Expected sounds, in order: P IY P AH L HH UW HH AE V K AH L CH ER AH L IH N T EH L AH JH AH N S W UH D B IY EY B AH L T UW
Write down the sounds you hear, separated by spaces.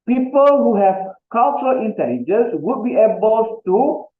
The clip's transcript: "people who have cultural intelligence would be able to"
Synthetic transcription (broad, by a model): P IY P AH L HH UW HH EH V K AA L CH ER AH L IH N T EH L AH JH AH N S W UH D B IY EY B AH L T UW